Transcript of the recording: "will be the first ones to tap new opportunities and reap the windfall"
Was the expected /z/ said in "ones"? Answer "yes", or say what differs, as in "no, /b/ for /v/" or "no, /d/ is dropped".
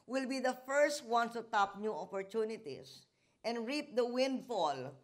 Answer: no, /z/ is dropped